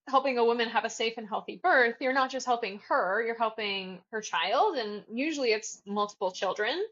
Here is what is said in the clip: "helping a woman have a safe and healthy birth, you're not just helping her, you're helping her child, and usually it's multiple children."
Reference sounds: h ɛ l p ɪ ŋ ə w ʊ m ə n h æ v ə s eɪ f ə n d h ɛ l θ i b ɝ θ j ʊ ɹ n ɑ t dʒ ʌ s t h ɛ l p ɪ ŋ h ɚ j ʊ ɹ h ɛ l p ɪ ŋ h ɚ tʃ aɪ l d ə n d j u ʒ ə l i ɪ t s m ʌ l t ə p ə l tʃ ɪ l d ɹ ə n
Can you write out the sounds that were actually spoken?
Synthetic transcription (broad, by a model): h ɛ l p ɪ ŋ ə w ʊ m ə n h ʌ v ə s eɪ f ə n h ɛ l θ i b ɝ θ j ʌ ɹ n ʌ t dʒ ʌ s t h ɛ l p ɪ ŋ ɚ j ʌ ɹ h ɛ l p ɪ ŋ h ɚ tʃ aɪ l d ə n j u ʒ l i ɪ t s m ʌ l t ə p l tʃ ɪ l d ɹ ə n